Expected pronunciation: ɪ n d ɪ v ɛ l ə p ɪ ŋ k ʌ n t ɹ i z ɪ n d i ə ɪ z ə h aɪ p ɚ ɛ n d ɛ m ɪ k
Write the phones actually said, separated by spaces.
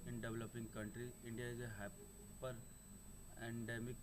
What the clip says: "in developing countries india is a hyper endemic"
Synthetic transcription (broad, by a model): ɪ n d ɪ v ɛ l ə p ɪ ŋ k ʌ n t ɹ i ɪ n d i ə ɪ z ə h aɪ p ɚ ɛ n d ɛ m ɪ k